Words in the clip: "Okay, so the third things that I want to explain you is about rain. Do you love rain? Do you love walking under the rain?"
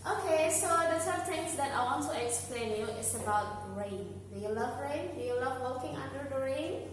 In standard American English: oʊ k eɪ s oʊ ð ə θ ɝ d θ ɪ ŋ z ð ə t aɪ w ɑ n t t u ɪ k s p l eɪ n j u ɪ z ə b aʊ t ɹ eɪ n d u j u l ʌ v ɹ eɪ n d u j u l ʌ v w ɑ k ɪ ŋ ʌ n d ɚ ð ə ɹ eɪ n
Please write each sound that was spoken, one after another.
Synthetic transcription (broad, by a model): oʊ k eɪ s oʊ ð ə s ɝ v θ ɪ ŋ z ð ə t aɪ w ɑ n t t u ɪ k s p l eɪ n j u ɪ s ə b aʊ t ɹ eɪ n d u j u l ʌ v ɹ eɪ n d u j u l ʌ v w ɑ k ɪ ŋ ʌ n d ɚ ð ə ɹ eɪ n